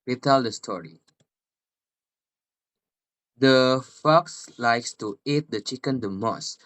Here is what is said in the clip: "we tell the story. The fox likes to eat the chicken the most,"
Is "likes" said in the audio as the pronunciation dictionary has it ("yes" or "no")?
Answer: yes